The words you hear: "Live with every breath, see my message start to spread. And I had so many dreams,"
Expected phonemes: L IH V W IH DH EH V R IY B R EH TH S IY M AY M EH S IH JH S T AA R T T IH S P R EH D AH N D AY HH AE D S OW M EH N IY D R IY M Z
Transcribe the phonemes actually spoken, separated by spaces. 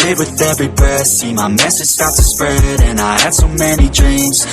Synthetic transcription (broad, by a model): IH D W IH DH EH V R IY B AH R S IY M AY M EH S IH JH S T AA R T T IH S P R EH D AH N AY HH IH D S OW M EH N IY D R IY M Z